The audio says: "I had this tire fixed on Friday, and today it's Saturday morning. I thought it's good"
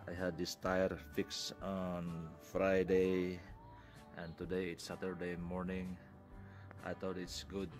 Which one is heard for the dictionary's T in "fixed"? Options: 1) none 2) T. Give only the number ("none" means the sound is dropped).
1